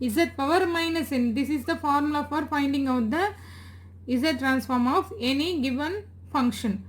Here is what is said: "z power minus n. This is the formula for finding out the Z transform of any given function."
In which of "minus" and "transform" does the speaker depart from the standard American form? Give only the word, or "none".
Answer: none